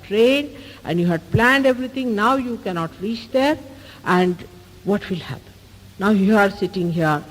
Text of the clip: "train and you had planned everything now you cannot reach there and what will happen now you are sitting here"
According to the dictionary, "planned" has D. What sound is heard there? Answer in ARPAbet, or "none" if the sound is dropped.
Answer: D